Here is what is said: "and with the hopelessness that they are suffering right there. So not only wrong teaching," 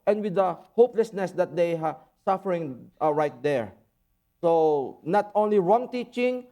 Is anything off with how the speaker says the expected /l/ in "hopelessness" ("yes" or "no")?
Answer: no